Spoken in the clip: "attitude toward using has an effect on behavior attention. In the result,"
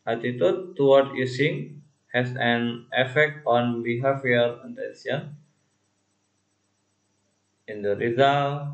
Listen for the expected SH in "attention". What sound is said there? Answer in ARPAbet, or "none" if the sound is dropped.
S